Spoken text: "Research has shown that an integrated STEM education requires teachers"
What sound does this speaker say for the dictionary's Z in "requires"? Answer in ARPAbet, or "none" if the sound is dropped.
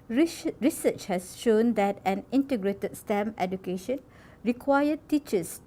none